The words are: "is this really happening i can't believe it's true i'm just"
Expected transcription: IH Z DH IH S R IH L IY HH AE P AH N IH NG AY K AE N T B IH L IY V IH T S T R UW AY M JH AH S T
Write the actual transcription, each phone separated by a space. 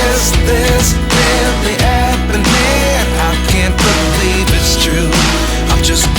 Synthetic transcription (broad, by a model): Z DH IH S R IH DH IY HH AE AH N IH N AY K AE N T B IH L IY V IH T S T R UW AY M JH AH S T